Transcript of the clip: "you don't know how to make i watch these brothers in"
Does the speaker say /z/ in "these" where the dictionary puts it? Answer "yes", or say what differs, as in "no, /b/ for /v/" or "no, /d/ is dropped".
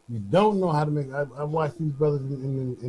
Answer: yes